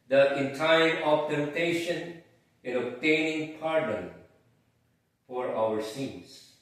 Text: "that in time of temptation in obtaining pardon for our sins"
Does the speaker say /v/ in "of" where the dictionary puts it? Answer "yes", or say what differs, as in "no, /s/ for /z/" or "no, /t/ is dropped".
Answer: no, /p/ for /v/